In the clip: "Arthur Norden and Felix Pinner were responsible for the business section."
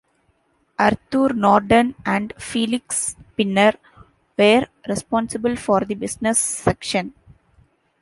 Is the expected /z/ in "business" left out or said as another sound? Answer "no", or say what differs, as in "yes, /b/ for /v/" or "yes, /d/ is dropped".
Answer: yes, /s/ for /z/